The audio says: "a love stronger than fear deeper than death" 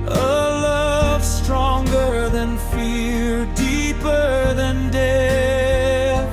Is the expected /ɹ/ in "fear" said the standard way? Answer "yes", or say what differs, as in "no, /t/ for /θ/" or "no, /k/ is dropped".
no, /l/ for /ɹ/